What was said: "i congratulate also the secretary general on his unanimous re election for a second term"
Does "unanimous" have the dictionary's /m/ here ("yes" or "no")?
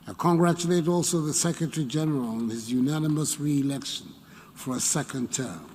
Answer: yes